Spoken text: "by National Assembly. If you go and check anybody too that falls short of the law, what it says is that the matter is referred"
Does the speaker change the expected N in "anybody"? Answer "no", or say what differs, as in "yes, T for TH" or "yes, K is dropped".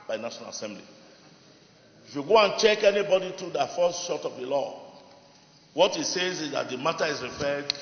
no